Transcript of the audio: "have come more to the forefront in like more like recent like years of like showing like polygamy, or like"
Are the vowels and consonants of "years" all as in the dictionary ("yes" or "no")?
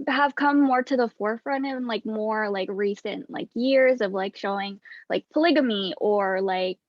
yes